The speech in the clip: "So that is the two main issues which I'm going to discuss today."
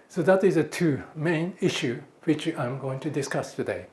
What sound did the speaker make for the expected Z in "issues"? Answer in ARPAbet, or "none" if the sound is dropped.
none